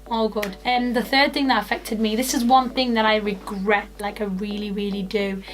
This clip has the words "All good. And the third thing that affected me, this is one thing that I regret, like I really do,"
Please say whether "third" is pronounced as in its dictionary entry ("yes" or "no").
yes